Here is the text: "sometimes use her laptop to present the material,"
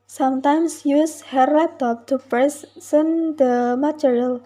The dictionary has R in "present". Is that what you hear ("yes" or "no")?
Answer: no